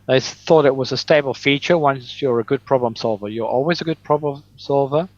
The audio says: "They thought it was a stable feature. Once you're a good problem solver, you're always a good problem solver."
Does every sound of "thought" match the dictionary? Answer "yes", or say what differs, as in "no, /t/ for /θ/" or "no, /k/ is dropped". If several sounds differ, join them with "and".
yes